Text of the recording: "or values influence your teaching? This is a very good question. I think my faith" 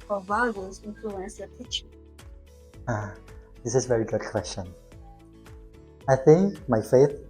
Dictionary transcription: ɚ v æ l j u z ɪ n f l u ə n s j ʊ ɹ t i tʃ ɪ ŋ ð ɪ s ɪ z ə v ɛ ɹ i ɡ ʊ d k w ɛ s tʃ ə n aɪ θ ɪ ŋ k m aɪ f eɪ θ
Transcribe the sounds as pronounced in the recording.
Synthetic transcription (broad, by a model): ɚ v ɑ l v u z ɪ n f l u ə n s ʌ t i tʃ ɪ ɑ ð ɪ s ɪ z v ɛ ɹ i ɡ ʊ d k w ɛ s tʃ ə n aɪ θ ɪ ŋ k m aɪ f eɪ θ